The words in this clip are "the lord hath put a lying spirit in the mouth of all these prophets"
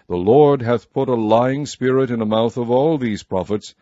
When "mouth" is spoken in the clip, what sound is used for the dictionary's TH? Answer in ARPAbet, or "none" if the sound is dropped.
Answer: TH